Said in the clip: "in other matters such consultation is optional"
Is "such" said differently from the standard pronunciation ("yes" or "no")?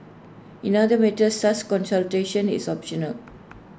yes